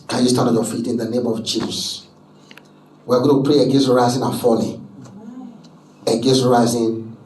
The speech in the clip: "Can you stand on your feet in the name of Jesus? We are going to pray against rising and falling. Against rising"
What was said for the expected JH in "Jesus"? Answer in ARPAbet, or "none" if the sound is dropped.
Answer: CH